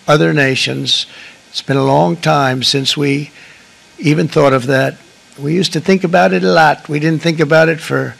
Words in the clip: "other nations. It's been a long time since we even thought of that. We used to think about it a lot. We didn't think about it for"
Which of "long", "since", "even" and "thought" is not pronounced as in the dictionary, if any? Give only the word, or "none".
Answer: none